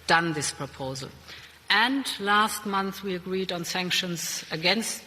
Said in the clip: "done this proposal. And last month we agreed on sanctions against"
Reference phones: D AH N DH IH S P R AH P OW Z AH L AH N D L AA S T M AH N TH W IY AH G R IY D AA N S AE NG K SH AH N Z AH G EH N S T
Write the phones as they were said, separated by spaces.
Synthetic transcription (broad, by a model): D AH N DH IH S P R AH P OW Z AH L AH N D L AA S T M AH N TH W IY AH G R IY D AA N S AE NG K SH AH N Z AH G EH N S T